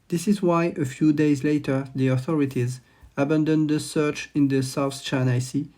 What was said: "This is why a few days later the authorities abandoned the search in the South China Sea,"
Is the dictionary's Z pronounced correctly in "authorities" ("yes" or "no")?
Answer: yes